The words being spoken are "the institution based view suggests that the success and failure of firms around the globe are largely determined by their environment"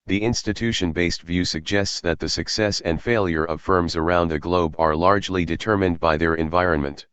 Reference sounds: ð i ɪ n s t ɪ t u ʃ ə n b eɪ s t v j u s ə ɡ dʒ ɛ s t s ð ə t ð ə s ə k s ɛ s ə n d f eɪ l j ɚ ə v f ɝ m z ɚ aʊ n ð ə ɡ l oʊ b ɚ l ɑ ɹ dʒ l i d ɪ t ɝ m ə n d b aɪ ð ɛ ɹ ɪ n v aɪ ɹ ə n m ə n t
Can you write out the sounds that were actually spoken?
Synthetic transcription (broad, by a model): ð i ɪ n s t ɪ t u ʃ ə n b eɪ s t v j u s ə ɡ dʒ ɛ s t s ð ə t ð ə s ə k s ɛ s ə n d f eɪ l j ɚ ə v f ɝ m z ɚ aʊ n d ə ɡ l oʊ b ɚ l ɑ ɹ dʒ l i d ɪ t ɝ m ə n d b aɪ ð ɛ ɹ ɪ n v aɪ ɹ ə n m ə n t